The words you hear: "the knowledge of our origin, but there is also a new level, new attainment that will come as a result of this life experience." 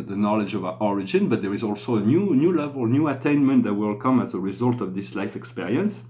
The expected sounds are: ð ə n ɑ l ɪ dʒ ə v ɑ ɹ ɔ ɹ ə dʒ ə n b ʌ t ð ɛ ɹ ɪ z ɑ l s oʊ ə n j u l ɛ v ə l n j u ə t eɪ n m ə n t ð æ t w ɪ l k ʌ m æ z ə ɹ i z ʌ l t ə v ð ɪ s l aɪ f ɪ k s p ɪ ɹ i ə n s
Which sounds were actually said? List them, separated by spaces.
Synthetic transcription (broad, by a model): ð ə n ɑ l ɪ dʒ ə v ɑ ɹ ɔ ɹ ə dʒ ə n b ʌ t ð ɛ ɹ ɪ z ɑ l s oʊ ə n j u l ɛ v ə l n j u ə t eɪ n m ə n t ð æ t w ɪ l k ʌ m æ z ə ɹ i z ʌ l t ə v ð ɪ s l aɪ f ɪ k s p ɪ ɹ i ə n s